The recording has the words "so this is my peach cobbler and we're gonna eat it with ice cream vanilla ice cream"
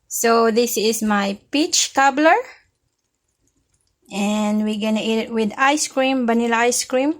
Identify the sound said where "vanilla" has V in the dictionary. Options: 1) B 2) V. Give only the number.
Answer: 1